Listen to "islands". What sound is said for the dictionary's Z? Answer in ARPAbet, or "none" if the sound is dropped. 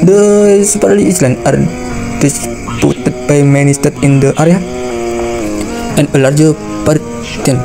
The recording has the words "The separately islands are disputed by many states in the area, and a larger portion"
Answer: none